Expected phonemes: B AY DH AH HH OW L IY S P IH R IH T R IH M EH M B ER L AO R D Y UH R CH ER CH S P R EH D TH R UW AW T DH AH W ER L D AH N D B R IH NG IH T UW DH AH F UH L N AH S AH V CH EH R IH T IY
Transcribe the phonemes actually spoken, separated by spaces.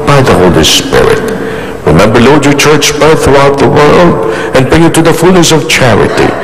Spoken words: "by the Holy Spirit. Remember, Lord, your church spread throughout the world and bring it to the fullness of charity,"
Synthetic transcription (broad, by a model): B AY DH AH HH OW L IY S P IH R IH T R IH M EH M B ER L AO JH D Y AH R CH ER CH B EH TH TH R UW AW T DH AH W ER L D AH N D B R IH NG IH T UW DH AH F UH L N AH S AH V CH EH R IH T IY